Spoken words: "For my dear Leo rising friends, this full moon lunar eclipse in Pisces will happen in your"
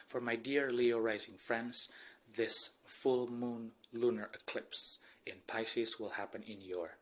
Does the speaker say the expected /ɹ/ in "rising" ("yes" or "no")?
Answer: yes